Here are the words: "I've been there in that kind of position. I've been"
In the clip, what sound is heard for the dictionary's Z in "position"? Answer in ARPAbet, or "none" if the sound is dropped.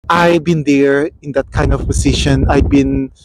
S